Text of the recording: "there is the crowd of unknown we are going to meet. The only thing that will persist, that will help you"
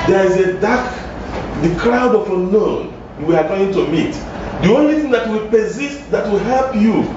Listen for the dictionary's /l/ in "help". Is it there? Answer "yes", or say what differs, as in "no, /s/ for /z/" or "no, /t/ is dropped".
yes